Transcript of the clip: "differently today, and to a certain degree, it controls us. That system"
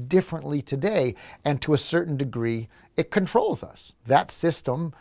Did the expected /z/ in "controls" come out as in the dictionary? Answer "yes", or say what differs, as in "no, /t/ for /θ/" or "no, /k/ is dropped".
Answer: yes